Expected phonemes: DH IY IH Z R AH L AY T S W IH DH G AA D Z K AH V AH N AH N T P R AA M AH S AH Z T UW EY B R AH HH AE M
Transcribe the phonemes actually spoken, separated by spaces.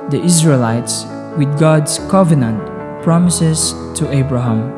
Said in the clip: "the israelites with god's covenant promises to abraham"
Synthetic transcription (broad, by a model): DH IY IH Z R AH L AY T S W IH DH G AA D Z K AH V AH N AH N T P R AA M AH S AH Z T UW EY B R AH HH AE M